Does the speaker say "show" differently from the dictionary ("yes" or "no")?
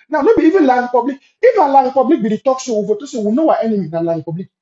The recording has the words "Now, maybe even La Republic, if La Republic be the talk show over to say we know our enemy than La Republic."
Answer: yes